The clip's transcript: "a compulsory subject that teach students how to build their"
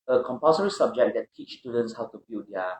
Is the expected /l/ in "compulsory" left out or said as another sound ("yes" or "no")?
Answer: yes